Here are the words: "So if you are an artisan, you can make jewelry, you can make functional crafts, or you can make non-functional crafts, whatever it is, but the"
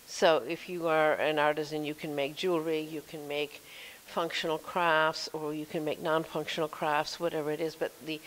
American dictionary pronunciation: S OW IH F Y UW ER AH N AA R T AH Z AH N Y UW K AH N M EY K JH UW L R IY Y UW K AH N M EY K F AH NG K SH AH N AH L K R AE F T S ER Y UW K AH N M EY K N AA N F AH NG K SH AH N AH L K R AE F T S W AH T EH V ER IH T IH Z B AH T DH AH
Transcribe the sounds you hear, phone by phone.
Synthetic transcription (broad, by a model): S OW IH F Y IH ER AH N AA R T AH Z AH N Y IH K AH N M EY K JH UW L R IY Y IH K AH N M EY K F AH NG K SH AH N L K R AE F T S ER Y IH K AH N M EY K N AA N F AH NG K SH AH N L K R AE F T S W AH T EH V ER IH T IH Z B AH T DH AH